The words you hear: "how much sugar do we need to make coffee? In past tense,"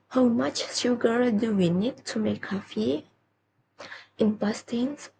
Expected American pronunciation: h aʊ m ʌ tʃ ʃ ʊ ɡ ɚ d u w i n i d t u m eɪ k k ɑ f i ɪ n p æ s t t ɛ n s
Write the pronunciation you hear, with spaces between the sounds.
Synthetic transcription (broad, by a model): h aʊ m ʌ tʃ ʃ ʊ ɡ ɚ d u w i n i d t u m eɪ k k ɑ f i ɪ n b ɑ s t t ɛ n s